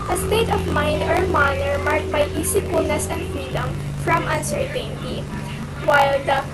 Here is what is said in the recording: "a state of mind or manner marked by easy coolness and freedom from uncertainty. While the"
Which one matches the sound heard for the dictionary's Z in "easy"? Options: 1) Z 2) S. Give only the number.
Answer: 2